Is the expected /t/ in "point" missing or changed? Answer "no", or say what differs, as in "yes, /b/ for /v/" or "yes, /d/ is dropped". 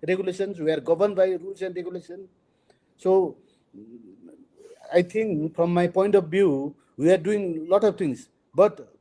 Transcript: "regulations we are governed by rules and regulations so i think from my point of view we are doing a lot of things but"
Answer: no